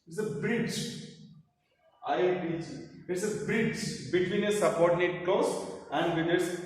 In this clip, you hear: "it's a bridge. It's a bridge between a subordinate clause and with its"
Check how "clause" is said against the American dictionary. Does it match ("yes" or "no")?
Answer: no